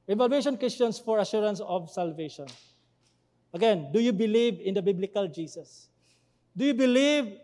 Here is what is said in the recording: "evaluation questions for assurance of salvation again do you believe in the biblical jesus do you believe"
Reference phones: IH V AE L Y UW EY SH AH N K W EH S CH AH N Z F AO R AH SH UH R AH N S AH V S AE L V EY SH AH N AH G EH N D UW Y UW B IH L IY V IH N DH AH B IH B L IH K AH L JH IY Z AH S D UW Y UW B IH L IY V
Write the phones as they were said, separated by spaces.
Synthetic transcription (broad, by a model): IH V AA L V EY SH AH N K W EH S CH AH N S F AO R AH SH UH R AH N S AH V S AE L V EY SH AH N AH G EH N D UW Y UW B IH L IY V IH N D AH B IH B L IH K AH L JH IY S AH S D UW Y UW B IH L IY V